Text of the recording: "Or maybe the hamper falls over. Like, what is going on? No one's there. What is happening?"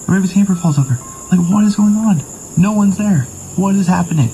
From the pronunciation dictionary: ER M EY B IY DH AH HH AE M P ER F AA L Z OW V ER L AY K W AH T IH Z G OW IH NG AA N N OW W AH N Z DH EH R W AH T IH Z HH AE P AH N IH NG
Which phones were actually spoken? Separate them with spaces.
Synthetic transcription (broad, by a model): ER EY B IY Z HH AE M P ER F AA L Z OW V ER L AY K W AH T IH Z G OW IH NG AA N N OW W AH N Z DH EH R W AH T IH Z HH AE P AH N IH NG